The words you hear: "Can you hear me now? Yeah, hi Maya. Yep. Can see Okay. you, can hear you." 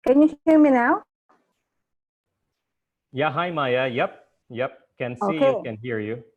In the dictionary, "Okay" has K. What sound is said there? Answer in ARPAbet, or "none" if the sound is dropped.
none